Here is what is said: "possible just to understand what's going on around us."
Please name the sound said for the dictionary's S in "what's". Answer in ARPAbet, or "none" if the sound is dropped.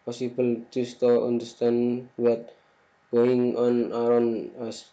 none